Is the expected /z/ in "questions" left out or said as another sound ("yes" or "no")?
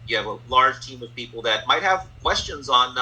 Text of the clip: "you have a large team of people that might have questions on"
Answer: no